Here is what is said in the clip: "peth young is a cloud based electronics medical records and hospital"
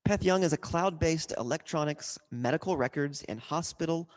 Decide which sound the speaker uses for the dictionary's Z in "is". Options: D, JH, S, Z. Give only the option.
Z